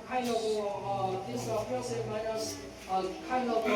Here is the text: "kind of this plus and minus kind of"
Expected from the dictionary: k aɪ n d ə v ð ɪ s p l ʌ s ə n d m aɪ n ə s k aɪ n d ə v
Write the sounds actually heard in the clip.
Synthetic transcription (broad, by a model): k aɪ n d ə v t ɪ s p ʌ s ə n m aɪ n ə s k aɪ n d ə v